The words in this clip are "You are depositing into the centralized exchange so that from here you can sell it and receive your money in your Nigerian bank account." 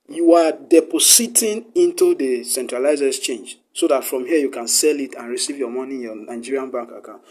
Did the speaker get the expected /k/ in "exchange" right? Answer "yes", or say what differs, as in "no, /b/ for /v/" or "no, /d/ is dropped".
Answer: no, /k/ is dropped